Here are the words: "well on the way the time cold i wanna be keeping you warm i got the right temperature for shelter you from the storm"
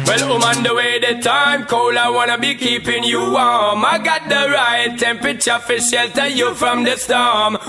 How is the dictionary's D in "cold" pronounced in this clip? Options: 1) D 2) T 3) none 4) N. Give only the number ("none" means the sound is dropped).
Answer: 3